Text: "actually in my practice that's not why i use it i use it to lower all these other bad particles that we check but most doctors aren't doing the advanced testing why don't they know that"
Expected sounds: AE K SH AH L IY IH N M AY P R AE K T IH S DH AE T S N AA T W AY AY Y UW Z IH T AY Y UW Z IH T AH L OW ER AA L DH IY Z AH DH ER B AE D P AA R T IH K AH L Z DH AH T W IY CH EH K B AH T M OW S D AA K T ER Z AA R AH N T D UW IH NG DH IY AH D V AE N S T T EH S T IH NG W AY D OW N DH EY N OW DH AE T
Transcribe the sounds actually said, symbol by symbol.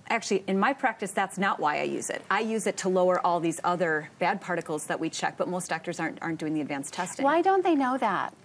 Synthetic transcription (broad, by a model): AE K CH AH L IY IH N M AY P R AE K T IH S DH AE T S N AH T W AY AY Y UW Z IH T AY Y UW Z IH T AH L OW ER AA L DH IY Z AH DH ER B AE D P AA R T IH K L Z DH AH T W IY CH EH K B AH T M OW S D AA K T ER Z AA R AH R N D UW IH NG DH IY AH D V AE N S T T EH S T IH W AY D OW N DH EY N OW DH AE T